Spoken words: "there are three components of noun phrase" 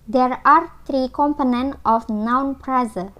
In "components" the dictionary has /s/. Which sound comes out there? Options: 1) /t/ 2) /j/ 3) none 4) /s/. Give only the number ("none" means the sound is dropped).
3